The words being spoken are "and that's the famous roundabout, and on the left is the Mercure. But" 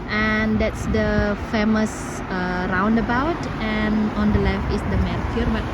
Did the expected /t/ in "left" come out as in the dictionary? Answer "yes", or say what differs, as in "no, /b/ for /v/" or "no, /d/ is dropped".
no, /t/ is dropped